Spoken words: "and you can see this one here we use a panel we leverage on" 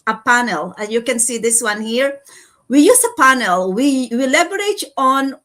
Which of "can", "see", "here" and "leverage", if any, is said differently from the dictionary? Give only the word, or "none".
leverage